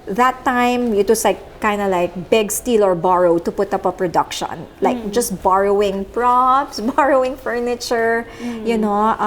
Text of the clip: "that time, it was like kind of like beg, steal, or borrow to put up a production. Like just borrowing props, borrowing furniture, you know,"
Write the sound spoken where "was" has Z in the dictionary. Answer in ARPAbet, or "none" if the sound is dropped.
S